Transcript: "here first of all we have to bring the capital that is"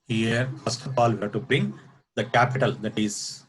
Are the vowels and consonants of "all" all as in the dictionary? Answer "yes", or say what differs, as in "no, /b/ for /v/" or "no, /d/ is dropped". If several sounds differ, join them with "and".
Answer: yes